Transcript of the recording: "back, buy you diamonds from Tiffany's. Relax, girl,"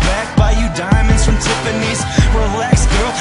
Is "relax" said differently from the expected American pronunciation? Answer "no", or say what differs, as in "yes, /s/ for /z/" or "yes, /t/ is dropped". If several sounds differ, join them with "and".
yes, /w/ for /ɹ/